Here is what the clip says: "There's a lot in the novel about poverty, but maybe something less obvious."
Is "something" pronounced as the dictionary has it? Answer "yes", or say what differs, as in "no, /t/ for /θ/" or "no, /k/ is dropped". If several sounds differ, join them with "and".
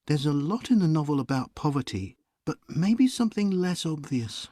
yes